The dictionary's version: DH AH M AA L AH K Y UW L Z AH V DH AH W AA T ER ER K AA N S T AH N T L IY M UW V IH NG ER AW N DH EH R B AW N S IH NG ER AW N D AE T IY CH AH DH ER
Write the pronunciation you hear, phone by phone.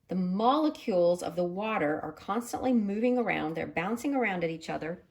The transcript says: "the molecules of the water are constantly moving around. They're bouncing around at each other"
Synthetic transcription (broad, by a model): DH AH M AA L AH K Y UW L Z AH V DH AH W AA T ER ER K AA N S T AH N T L IY M UW V IH NG ER AW N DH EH R B AW N S IH NG ER AW N D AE T IY CH AH DH ER